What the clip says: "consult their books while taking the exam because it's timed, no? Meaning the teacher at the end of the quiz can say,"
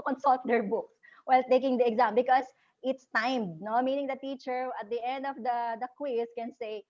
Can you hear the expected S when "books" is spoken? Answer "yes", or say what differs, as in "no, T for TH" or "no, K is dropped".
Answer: yes